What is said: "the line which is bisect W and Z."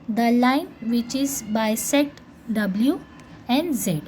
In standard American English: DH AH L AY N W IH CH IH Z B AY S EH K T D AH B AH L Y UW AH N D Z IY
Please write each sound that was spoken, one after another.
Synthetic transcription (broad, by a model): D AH L AY N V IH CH IH Z B AY S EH T D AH B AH L Y UW AH N D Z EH